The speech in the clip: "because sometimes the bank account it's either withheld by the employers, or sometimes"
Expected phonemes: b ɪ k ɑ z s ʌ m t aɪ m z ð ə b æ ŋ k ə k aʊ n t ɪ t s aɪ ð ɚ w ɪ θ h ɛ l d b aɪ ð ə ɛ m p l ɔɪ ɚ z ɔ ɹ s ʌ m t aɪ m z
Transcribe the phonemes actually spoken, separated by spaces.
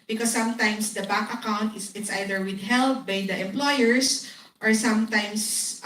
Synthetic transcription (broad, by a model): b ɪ k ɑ s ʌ m t aɪ m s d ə b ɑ k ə k aʊ n t ɪ t s aɪ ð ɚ w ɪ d h ɛ l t b aɪ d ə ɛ m p l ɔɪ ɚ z ɔ ɹ s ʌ m t aɪ m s